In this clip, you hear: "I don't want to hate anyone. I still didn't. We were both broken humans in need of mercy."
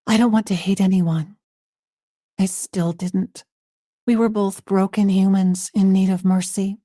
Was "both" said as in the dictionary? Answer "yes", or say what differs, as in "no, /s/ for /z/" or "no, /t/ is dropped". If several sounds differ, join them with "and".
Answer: yes